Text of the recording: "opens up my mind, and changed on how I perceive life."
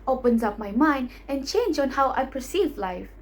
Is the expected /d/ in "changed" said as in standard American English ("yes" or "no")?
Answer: no